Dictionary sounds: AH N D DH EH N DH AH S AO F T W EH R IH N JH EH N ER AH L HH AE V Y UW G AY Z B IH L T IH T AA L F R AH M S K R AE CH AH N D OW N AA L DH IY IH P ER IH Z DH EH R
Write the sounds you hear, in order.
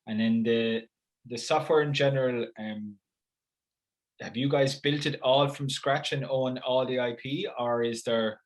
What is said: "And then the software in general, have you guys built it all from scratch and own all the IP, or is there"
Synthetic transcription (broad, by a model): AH N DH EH N DH AH S AO F T W EH R IH N JH EH N ER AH L HH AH V Y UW G AY Z B IH L T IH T AA L F R AH M S K R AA CH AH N OW N AA L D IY IH P ER IH Z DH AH R